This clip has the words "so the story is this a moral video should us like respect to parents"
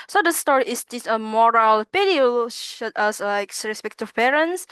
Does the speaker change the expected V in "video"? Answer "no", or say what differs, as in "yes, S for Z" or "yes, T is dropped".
yes, P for V